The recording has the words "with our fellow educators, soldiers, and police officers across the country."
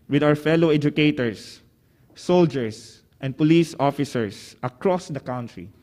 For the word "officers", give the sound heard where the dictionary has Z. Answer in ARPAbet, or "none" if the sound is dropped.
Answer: S